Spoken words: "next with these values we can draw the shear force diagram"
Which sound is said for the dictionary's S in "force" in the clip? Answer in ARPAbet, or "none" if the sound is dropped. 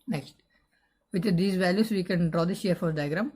none